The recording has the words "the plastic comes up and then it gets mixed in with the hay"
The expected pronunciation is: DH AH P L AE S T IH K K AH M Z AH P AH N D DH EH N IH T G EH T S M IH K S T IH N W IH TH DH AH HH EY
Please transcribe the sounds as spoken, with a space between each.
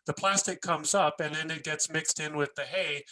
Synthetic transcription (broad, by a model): DH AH P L AE S T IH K K AH M Z AH P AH N DH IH N IH T G EH T S M IH K S T IH N W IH DH AH HH EY